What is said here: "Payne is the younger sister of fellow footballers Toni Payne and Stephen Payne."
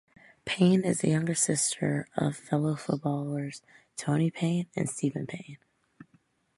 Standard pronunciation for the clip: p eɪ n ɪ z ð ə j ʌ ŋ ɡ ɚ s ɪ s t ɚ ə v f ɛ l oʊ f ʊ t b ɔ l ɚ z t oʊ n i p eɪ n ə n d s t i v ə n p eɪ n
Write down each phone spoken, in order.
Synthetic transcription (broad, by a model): p eɪ n ɪ z ð ə j ʌ ŋ ɡ ɚ s ɪ s t ɚ ə v f ɛ l oʊ f ʊ t b ɔ l ɚ z t oʊ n i p eɪ n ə n s t i v ə n p eɪ n